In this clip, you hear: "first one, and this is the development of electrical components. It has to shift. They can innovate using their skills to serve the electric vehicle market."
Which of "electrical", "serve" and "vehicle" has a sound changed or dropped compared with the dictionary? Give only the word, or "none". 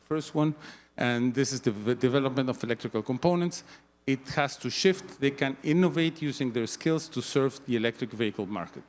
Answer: none